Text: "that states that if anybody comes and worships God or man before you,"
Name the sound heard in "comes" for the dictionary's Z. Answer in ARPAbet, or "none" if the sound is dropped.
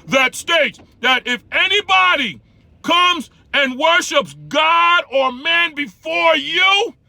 Z